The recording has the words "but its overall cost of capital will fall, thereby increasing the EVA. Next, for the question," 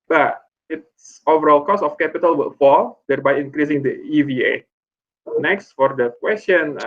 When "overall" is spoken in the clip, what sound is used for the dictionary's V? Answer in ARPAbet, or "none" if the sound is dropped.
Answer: V